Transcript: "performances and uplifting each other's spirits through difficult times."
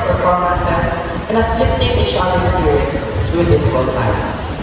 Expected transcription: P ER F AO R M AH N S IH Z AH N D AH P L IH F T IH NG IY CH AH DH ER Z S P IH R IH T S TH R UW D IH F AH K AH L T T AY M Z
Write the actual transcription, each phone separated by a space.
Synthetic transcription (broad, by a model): P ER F AO R M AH N S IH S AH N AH F L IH P T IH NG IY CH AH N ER S P IH R IH T S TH R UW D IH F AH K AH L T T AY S